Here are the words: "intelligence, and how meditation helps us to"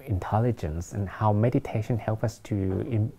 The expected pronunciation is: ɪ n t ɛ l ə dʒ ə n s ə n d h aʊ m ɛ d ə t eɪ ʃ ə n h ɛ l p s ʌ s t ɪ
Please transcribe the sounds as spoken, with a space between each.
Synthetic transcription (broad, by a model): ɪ n t ɛ l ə dʒ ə n s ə n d h aʊ m ɛ d ə t eɪ ʃ ə n h ɛ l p ʌ s t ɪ